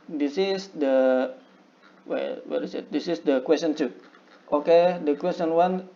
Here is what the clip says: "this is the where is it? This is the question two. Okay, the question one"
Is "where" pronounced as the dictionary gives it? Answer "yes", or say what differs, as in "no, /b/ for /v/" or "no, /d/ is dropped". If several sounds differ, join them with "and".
no, /w/ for /ɹ/